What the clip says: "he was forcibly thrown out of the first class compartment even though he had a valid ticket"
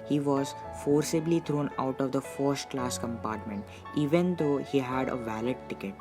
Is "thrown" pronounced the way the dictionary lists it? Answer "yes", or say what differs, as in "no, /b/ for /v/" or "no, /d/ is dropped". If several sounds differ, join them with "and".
no, /t/ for /θ/